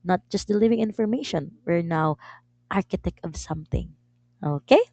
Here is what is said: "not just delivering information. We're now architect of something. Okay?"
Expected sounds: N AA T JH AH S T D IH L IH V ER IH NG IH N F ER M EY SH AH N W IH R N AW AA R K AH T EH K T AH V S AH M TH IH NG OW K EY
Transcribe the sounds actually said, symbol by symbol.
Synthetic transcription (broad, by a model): N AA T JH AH S T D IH L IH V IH NG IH N F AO M EY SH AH N W IH R N AW AA R K AH T EH K T AH V S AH M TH IH NG OW K EY